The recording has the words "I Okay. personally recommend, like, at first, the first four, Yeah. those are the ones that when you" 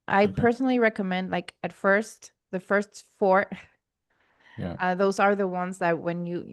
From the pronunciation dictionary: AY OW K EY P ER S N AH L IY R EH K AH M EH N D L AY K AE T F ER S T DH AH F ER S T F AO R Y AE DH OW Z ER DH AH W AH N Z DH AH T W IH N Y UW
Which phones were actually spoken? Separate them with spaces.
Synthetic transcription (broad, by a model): AY P ER S N L IY R EH K AH M EH N D L AY K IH T F ER S T DH AH F ER S T F AO R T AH DH OW Z ER DH AH W AH N Z DH AH T W IH N Y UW